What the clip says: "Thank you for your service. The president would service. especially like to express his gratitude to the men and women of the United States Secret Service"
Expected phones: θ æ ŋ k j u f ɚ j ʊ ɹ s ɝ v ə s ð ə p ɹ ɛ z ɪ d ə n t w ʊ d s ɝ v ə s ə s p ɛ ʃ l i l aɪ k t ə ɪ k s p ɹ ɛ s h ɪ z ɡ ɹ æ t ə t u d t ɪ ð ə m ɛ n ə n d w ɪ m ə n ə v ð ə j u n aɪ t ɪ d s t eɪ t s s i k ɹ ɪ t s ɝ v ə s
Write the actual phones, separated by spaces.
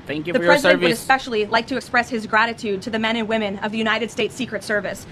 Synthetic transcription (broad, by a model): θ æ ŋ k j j ð ə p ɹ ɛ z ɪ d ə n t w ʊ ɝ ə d ə s p ɛ ʃ l i l aɪ k t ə ɪ k s p ɹ ɛ s h ɪ z ɡ ɹ æ t ə t u d t ɪ ð ə m ɛ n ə n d w ɪ m ə n ə v ð ə j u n aɪ t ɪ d s t eɪ t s s i k ɹ ɪ t s ɝ v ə s